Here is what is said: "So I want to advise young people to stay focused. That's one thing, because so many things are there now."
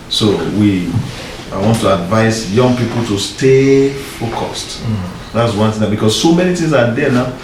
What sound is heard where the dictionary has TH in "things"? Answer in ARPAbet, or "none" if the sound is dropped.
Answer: T